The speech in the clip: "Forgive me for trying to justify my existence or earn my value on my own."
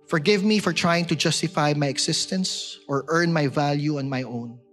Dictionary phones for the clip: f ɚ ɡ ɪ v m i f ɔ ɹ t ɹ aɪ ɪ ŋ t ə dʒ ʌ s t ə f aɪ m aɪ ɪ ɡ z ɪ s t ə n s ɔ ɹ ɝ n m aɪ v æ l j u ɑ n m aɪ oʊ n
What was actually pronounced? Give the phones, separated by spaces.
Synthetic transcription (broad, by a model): f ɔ ɡ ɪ v m i f ɔ ɹ t ɹ aɪ ɪ ŋ t ə dʒ ʌ s t ə f aɪ m aɪ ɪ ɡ s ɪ s t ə n s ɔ ɹ ɝ n m aɪ v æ l j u ɑ n m aɪ oʊ n